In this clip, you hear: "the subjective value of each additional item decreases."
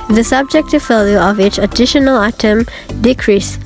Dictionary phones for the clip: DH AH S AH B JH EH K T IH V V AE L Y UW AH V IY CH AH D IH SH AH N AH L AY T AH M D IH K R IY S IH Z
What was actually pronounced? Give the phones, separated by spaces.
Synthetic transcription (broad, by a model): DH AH S AH B JH EH K T IH V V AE L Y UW AH V IY CH AH D IH SH AH N AH L AY T AH M D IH K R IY S